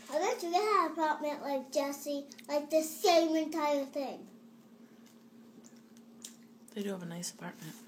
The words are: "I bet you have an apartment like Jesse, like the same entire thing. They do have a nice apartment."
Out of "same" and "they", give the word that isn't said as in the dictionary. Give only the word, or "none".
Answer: none